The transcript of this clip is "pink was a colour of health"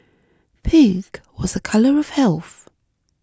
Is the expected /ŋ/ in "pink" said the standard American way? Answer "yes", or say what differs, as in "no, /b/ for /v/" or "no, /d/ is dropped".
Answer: no, /ŋ/ is dropped